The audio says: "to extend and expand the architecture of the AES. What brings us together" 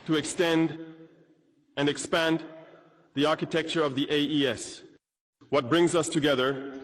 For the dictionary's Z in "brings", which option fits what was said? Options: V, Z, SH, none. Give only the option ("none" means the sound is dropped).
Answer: Z